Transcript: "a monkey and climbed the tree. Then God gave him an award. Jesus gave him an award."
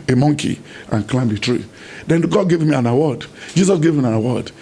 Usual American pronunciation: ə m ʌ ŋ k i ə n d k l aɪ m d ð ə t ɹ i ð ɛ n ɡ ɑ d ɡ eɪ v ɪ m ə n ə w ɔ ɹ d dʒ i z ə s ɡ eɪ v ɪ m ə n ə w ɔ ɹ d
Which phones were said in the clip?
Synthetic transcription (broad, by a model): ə m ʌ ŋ k i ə n k l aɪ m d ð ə t ɹ i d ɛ n ɡ ɑ d ɡ eɪ v m ə n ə w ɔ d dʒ i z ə s ɡ eɪ v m ə n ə w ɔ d